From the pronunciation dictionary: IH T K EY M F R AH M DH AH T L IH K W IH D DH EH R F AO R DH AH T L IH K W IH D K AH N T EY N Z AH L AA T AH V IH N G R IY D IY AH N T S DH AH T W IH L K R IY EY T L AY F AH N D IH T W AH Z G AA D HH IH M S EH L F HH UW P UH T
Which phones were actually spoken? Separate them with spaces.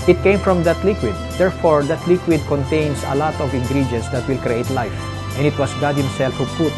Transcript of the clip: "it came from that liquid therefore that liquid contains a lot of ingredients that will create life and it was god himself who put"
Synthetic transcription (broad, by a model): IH T K EY M F R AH M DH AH T L IH K W IH D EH R F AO R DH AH T L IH K W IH D K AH N T EY N S AH L AA T AH V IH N G R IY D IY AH N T S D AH T W IH L K R IY EY T L AY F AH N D IH T W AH S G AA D HH IH M S EH L F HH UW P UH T